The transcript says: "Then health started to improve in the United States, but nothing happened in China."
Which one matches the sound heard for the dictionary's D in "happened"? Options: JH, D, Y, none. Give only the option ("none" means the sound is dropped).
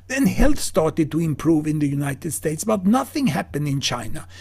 D